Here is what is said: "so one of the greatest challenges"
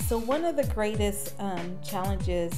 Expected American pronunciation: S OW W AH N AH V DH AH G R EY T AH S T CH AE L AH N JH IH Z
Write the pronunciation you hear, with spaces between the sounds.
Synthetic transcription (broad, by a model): S OW W AH N AH V DH AH G R EY T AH S T CH AE L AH N JH IH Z